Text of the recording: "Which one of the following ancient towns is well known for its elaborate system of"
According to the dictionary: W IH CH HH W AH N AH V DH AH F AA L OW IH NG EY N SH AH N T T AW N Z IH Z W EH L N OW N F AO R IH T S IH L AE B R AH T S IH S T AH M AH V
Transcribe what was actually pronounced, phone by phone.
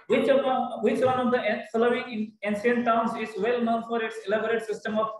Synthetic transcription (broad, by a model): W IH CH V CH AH N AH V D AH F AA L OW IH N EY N S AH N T T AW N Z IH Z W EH L N OW N F AO R IH T S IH L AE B R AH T S IH S T AH M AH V